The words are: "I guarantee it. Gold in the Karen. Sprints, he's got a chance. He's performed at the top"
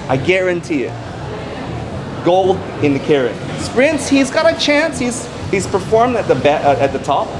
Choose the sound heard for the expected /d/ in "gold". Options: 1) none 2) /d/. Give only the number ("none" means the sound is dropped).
2